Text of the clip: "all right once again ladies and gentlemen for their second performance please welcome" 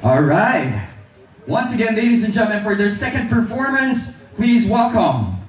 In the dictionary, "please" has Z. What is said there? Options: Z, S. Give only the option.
Z